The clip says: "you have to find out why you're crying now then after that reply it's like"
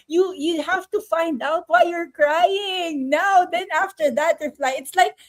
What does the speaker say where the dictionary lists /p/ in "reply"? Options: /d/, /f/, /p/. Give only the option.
/f/